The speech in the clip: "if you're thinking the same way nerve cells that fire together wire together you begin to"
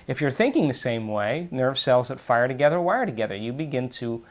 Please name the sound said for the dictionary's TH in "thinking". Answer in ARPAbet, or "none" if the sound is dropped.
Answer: TH